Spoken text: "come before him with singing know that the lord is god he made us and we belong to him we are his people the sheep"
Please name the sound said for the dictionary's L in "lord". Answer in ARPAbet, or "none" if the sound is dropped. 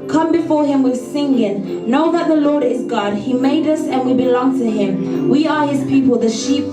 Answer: L